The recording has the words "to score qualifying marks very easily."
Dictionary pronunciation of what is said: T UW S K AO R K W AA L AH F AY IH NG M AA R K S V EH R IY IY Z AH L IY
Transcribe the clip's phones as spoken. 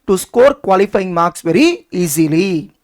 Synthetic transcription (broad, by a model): T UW S K AO R K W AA L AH F AY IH NG M AA R K S V EH R IY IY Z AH L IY